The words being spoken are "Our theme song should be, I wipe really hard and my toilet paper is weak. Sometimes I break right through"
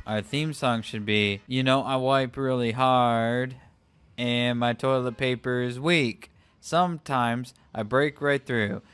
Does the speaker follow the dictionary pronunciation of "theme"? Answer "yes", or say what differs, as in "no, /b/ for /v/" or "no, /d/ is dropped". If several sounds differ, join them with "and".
yes